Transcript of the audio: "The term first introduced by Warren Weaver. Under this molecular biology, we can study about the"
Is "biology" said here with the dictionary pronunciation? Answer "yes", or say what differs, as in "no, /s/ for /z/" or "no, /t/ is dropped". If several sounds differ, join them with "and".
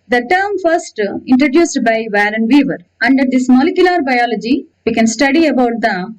yes